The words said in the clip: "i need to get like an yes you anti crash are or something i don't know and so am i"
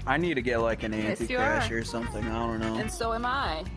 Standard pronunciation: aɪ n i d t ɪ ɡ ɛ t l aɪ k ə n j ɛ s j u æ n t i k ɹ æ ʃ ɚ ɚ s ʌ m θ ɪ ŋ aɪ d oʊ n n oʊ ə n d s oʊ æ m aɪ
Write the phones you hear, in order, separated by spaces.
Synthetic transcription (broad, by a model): aɪ n i d t ɪ ɡ ɛ t l aɪ k ə n æ n t i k æ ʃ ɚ ɚ s ʌ m θ ɪ ŋ aɪ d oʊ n n oʊ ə n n s oʊ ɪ m aɪ